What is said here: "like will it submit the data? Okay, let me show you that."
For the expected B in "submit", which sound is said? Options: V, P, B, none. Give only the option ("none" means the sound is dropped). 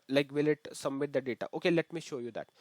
none